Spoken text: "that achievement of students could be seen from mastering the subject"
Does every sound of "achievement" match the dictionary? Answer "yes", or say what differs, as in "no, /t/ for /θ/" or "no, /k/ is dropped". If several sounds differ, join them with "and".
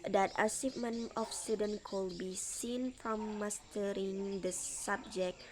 no, /s/ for /tʃ/ and /t/ is dropped